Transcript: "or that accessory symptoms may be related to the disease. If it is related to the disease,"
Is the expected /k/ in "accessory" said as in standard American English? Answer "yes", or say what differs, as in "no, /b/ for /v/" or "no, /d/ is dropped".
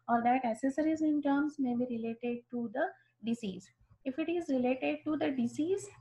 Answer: no, /k/ is dropped